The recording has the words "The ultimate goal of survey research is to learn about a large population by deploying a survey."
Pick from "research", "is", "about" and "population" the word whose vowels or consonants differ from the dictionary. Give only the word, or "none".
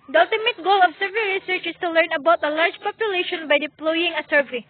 is